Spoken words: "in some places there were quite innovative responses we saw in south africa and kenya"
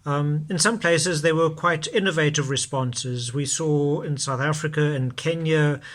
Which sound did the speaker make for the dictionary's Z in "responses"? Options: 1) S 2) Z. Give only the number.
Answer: 2